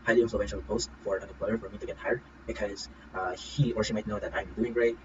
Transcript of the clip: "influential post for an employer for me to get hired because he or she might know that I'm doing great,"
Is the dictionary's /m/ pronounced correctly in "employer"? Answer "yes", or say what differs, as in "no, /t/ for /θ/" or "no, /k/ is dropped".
no, /m/ is dropped